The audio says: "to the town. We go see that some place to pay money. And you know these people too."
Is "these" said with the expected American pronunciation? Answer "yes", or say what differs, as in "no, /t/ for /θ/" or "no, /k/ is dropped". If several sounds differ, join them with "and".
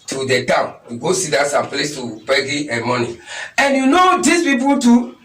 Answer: no, /s/ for /z/